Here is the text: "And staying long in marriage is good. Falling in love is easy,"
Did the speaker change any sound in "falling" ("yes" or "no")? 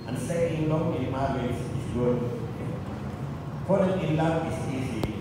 yes